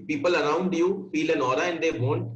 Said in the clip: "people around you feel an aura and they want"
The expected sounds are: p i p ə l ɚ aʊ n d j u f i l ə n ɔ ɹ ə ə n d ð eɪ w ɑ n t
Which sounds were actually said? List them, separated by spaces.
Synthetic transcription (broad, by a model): p i p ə l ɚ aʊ n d j u f i l ə n ɔ ɹ ə ə n d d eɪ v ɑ n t